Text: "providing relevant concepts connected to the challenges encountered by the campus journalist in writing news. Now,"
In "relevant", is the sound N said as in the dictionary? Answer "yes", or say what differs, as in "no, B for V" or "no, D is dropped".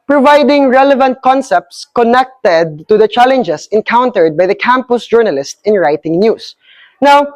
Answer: yes